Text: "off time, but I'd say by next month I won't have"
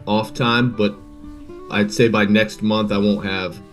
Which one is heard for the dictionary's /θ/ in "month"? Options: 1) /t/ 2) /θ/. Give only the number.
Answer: 2